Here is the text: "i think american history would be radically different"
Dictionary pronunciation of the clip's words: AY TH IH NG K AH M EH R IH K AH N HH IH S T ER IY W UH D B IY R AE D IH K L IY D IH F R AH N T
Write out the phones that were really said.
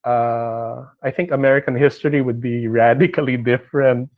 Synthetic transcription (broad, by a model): AY TH IH NG K AH M EH R IH K AH N HH IH S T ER IY W UH D B IY R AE D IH K L IY D IH F R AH N T